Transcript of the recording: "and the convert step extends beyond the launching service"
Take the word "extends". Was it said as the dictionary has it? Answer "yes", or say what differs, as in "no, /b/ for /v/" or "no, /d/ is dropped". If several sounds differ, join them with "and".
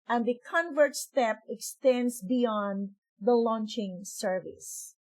no, /s/ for /z/